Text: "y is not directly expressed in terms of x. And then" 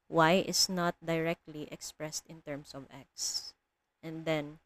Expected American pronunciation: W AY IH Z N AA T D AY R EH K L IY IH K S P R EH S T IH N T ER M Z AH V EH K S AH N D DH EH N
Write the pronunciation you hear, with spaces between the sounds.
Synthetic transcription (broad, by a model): W AY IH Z N AA T D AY R EH K L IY IH K S P R EH S T IH N T ER M S AH V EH K S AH N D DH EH N